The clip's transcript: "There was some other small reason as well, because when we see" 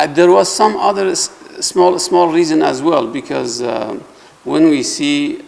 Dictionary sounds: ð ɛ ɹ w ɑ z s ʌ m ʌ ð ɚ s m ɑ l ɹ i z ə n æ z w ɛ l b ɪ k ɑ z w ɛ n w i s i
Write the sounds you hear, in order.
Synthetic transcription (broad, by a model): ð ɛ ɹ w ɑ z s ʌ m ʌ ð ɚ s m ɑ l ɹ i z ə n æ z w ɛ l b ɪ k ɑ z w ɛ n w i s i